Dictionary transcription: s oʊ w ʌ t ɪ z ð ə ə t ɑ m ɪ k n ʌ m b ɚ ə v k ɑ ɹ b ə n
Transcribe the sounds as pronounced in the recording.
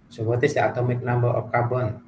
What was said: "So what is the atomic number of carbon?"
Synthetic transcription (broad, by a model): s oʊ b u t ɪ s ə ə t ɑ m ɪ k n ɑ m b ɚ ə p k ɑ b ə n